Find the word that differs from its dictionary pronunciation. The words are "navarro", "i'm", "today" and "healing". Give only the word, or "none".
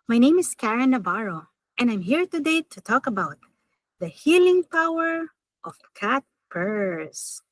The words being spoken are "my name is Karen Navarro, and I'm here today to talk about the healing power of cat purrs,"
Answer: navarro